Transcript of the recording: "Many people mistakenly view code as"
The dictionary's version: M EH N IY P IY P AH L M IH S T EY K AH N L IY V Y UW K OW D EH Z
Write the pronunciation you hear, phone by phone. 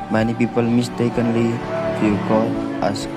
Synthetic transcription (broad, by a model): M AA N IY P IY P AH L M IH S T EY K AH N L IY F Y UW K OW AA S